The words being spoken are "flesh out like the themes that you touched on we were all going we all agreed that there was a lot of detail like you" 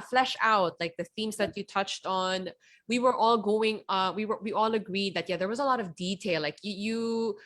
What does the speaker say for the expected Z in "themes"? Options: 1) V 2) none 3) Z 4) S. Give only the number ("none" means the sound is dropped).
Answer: 3